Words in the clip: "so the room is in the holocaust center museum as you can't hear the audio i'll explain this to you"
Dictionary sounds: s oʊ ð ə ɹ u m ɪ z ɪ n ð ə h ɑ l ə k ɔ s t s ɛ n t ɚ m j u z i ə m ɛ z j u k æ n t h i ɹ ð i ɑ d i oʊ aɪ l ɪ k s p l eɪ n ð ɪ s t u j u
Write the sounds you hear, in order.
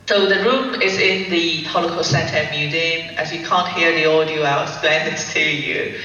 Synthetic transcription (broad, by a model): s oʊ ð ə ɹ u m ɪ z ɪ n ð ə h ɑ l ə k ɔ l s ɛ n t ɚ m j u z i ə m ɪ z j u k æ n t h i ɹ ð i ɑ d i oʊ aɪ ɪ s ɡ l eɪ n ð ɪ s t u j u